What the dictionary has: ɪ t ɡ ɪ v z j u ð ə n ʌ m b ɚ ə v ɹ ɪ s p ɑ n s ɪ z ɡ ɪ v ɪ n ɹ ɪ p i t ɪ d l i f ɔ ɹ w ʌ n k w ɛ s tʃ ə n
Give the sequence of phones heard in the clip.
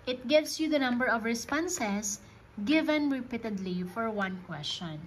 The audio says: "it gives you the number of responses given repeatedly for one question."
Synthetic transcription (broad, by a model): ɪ t ɡ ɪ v s j u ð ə n ʌ m b ɚ ə v ɹ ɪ s p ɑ n s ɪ s ɡ ɪ v ɪ n ɹ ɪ p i t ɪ d l i f ɔ ɹ w ʌ n k w ɛ s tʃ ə n